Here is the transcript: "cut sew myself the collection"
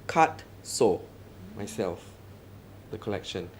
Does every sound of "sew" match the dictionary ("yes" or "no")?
yes